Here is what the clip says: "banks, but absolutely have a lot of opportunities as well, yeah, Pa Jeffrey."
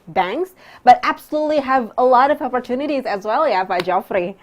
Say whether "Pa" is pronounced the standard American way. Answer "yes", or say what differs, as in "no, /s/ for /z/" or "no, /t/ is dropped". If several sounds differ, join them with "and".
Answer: no, /b/ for /p/